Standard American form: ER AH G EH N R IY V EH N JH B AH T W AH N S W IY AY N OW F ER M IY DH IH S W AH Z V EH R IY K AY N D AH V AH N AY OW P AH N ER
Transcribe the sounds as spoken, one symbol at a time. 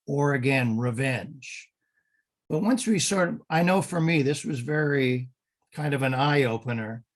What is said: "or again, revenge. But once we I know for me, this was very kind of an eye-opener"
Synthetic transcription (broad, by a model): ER AH G EH N R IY V EH N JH B AH T W AH N S W IY AY N OW F ER M IY DH IH S W AH Z V EH R IY K AY N D AH V AH N AY OW P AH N ER